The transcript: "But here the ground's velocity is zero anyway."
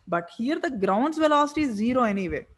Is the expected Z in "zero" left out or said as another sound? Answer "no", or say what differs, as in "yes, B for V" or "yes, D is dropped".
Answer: no